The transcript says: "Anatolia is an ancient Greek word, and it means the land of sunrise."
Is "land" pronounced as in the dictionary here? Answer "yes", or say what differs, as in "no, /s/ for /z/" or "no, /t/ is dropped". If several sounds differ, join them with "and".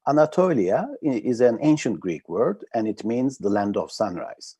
yes